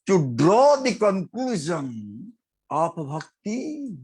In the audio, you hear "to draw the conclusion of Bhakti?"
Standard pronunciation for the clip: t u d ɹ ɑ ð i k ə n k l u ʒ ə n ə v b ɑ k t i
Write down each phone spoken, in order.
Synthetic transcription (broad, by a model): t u d ɹ ɑ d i k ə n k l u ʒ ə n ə p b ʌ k t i